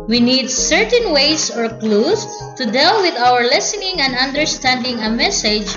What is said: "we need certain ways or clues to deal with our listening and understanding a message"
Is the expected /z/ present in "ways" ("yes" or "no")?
no